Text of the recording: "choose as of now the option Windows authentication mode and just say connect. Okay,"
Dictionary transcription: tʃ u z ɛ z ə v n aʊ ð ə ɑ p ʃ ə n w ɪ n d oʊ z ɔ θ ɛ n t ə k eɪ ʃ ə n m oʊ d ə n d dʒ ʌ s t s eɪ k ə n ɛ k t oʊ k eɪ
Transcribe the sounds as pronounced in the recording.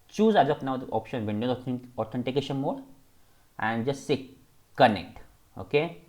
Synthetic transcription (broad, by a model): tʃ u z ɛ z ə p n aʊ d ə ɑ p ʃ ə n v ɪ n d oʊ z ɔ t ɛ n t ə k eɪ ʃ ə n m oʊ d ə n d dʒ ʌ s t s eɪ k ə n ɛ k t oʊ k eɪ